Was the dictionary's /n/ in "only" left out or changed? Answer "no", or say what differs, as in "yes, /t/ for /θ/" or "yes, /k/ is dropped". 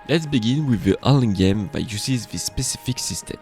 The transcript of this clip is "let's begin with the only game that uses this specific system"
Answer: yes, /n/ is dropped